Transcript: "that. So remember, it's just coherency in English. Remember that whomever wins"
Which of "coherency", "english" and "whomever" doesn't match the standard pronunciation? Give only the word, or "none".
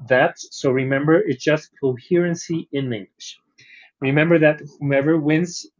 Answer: whomever